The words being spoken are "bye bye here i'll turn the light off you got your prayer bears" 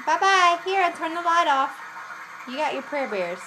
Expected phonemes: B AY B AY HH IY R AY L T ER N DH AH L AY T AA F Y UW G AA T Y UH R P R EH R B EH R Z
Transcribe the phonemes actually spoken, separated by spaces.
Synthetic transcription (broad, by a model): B AY B AY HH IY R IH N T ER N DH AH L AY T AA F Y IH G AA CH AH R P R EH R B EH R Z